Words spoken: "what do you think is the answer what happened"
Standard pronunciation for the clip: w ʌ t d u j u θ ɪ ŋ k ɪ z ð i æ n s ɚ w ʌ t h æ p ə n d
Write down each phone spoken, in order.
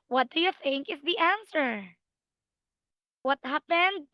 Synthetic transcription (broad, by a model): w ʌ t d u j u θ ɪ ŋ k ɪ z ð i æ n s ɚ w ʌ t h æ p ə n d